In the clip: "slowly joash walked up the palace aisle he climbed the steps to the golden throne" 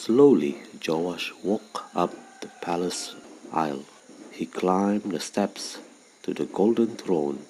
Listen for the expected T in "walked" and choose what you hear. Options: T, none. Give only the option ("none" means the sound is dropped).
none